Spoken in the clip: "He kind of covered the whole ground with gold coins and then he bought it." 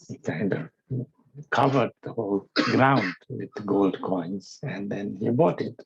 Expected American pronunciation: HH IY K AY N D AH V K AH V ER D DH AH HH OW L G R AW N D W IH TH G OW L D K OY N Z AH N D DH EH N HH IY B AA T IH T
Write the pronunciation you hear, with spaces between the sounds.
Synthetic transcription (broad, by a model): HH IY K AY N D AH V K AH V ER D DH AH HH OW L G R AW N D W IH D G OW L D K OY N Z AH N D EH N HH IY B AA T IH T